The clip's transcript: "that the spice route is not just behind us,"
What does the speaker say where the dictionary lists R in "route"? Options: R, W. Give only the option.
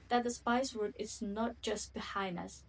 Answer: W